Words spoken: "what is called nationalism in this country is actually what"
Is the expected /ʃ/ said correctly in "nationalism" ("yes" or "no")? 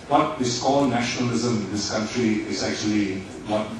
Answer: yes